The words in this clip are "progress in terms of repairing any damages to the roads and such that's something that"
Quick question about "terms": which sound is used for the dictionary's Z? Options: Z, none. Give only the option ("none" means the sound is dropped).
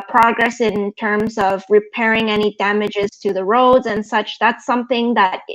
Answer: Z